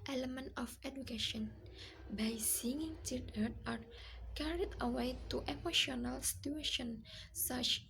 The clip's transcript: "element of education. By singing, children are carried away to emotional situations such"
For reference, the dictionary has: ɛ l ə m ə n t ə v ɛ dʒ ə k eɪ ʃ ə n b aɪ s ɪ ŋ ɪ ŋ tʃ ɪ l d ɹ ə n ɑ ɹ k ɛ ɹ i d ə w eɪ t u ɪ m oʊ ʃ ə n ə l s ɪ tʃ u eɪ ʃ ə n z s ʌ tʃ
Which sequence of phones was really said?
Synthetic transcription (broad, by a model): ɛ l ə m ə n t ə f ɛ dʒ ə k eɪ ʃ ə n b aɪ s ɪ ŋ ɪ ŋ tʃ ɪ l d ə ɑ ɹ k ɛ ɹ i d ə w eɪ t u ɪ m oʊ ʃ ə n ə l s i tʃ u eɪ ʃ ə n s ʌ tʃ